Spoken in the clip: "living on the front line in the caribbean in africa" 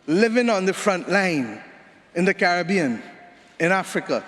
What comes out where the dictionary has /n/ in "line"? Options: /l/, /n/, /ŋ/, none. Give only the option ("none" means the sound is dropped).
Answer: /n/